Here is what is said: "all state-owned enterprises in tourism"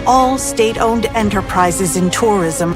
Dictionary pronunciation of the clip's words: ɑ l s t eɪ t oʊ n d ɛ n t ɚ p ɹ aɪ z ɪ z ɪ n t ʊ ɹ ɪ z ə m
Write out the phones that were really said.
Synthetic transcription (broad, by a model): ɑ l s t eɪ t oʊ n d ɛ n t ɚ p ɹ aɪ z ɪ z ɪ n t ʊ ɹ ɪ z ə m